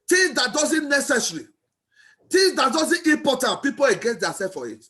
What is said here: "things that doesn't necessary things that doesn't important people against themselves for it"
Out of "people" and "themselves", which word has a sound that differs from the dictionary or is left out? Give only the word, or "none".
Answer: themselves